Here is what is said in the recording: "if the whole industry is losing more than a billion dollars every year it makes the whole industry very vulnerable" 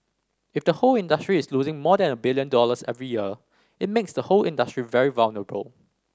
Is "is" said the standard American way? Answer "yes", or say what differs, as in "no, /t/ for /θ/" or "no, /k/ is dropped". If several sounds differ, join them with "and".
no, /s/ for /z/